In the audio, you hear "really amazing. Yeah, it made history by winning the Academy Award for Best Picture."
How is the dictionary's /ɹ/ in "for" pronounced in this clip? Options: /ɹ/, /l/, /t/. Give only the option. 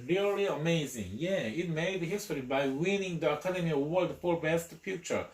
/l/